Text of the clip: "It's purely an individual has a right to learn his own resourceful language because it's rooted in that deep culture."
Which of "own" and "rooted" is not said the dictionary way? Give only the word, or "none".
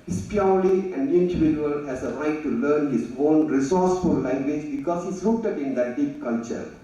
rooted